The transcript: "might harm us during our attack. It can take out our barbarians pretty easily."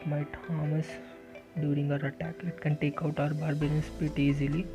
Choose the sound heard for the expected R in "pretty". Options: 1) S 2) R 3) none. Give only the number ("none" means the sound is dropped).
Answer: 3